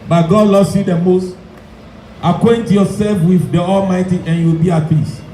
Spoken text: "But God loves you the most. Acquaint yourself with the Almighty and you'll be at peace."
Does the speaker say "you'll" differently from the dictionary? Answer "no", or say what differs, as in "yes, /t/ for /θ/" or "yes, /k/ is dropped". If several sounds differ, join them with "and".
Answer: yes, /w/ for /l/